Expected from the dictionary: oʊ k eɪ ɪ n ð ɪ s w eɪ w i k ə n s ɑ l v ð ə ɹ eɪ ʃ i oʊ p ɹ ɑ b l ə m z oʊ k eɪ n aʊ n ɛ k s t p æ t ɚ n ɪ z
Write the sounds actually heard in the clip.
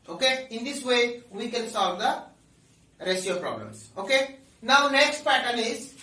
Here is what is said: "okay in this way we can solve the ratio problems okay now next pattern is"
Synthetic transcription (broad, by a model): oʊ k eɪ ɪ n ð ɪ s w eɪ w i k ə n s ɑ l v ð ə ɹ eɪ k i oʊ p ɹ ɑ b l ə m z oʊ k eɪ n aʊ n ɛ k s t p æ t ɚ l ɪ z